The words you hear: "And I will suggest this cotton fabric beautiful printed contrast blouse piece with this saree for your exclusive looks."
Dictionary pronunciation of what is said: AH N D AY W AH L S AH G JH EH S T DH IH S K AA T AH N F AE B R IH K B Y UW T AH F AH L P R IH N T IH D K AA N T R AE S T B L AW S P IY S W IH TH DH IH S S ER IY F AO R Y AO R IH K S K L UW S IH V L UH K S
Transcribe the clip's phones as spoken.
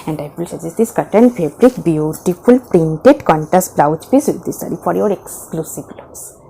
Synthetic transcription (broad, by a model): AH N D AY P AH L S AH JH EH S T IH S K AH T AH N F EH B R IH K B Y UW T AH F AH L P R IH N T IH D K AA N T AE S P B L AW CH P IY S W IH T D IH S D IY F AO R Y AO R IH K S K L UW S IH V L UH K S